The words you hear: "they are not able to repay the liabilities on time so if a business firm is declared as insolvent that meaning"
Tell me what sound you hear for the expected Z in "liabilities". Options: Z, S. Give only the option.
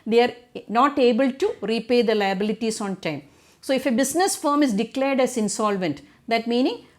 S